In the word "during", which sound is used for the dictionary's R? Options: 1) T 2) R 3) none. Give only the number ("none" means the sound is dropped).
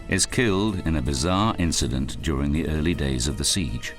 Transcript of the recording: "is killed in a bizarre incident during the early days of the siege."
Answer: 2